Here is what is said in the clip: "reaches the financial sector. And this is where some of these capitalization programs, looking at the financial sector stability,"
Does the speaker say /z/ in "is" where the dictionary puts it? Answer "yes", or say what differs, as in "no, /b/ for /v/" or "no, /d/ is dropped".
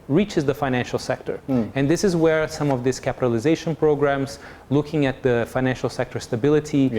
yes